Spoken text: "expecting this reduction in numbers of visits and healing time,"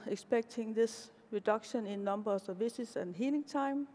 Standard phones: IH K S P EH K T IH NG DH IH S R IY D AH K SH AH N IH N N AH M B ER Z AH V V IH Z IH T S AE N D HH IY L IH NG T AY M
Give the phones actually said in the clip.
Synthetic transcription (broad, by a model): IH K S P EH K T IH NG DH IH S R IY D AH K SH AH N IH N N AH M B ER S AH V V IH S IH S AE N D HH IY L IH NG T AY M